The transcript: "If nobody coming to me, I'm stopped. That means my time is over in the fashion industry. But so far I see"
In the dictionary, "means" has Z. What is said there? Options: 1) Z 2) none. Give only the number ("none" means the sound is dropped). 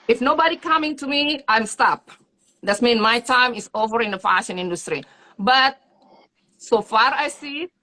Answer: 2